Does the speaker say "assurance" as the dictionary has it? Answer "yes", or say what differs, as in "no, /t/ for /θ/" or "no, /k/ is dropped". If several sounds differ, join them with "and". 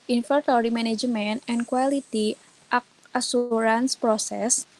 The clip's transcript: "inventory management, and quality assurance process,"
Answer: no, /s/ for /ʃ/